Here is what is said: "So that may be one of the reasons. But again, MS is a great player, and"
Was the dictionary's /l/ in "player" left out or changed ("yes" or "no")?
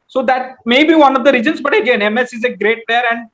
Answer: yes